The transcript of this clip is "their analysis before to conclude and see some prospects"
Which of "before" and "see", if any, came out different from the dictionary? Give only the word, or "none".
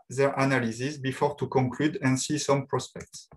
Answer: none